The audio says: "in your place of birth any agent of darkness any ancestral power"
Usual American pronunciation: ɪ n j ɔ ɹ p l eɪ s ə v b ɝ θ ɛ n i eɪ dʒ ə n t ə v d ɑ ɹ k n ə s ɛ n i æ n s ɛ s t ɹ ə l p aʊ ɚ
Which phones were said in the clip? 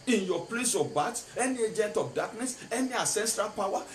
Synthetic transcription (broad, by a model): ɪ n j ɔ p l eɪ s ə b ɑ t ɛ n i eɪ dʒ ə n t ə f d ɑ k n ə s ɛ n i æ s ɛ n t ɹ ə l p aʊ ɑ